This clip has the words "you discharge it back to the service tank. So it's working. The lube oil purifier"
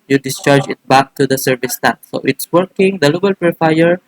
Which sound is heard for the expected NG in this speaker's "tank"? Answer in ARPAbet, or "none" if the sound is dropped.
none